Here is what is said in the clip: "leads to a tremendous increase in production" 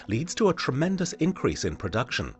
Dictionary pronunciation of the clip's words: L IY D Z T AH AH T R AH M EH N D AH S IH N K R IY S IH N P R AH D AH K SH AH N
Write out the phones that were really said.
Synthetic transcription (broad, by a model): L IY D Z T AH AH T R AH M EH N D AH S IH N K R IY S IH N P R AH D AH K SH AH N